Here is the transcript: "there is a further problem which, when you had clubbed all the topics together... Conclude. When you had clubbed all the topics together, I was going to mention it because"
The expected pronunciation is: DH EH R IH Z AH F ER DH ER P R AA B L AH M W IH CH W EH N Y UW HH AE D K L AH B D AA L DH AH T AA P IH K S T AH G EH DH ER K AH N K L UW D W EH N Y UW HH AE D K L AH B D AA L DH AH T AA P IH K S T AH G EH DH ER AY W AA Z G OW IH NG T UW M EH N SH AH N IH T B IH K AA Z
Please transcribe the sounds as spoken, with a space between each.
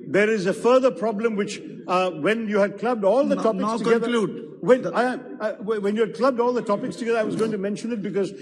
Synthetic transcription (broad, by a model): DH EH R IH Z AH F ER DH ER P R AA B L AH M W IH CH W EH N Y UW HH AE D K L AH B D AA L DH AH T AA P IH K S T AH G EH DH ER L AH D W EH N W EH N Y UW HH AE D K L AH B D AA L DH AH T AA P IH K S T AH G EH DH ER AY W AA Z G OW IH NG T UW M EH N SH AH N IH T B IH K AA Z